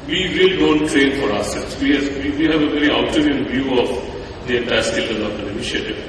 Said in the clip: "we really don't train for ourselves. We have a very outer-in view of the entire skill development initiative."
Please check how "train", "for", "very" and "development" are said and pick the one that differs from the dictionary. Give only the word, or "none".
development